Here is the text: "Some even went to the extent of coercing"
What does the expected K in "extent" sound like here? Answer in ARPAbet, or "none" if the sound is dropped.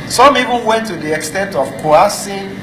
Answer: K